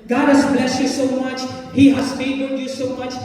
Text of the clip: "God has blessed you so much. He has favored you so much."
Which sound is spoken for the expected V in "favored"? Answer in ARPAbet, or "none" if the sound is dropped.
B